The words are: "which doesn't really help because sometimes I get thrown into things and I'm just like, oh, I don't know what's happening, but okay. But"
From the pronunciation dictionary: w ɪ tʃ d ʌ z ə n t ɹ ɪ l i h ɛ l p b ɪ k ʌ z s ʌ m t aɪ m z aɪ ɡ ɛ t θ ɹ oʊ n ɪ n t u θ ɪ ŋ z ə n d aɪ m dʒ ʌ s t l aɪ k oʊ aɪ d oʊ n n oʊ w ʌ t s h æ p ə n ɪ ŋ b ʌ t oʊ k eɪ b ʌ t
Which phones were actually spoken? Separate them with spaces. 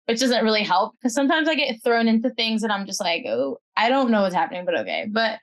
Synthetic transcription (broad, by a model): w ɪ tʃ d ʌ z ə n t ɹ ɪ l i h ɛ l p k ʌ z s ʌ m t aɪ m z aɪ ɡ ɛ t θ ɹ oʊ n ɪ n t u θ ɪ ŋ z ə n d aɪ m dʒ ʌ s t l aɪ k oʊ aɪ d oʊ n n oʊ w ʌ t s h æ p ə n ɪ ŋ b ʌ t oʊ k eɪ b ʌ t